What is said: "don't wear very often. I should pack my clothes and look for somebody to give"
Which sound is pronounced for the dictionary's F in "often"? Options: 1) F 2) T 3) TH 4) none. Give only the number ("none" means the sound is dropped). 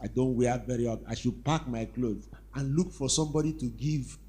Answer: 4